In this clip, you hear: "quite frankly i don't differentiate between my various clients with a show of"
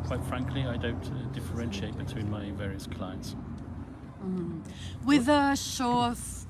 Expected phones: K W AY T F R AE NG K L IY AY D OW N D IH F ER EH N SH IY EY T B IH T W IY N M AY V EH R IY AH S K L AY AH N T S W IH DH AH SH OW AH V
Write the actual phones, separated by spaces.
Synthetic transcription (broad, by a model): K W AY T F R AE NG K L IY AY D OW N D IH F ER EH N SH IY EY T B IH T W IY N M AY V EH R IY AH S K L AY AH N T S W IH DH AH SH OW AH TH